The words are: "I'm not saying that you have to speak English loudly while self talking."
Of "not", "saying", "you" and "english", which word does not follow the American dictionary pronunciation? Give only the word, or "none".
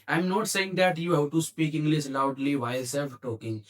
english